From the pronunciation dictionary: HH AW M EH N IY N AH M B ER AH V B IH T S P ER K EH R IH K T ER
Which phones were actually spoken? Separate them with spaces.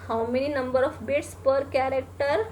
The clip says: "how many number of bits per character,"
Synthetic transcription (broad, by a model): HH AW M EH N IY N AH M B ER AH F B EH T S P ER K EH R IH K T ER